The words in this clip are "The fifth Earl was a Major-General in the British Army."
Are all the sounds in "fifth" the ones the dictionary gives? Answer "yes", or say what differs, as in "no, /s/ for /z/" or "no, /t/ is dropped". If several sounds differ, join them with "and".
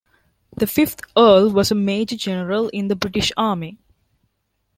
no, /t/ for /θ/